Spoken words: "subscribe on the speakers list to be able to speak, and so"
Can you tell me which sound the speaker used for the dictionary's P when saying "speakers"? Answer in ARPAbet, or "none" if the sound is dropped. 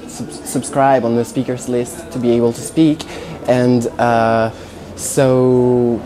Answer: P